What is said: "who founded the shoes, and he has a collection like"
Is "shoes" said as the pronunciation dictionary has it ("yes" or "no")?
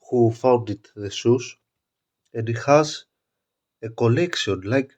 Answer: no